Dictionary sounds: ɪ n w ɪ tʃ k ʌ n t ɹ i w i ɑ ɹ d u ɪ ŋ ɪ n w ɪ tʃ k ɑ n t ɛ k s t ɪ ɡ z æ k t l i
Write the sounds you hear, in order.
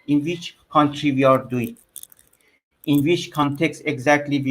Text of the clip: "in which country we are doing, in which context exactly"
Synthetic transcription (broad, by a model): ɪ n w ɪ tʃ k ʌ n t ɹ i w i ɑ ɹ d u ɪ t ɪ n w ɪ tʃ k ɑ n t ɛ k s t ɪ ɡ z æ k t l i